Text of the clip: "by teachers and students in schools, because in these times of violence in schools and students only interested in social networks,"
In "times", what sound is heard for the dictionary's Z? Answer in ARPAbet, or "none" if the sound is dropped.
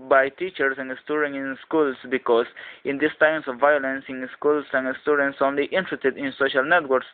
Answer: S